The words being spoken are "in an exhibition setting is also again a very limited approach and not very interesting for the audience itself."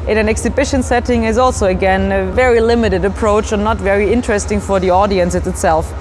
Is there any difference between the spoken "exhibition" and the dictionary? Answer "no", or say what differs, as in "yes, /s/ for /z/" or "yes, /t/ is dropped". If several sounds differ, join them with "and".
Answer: no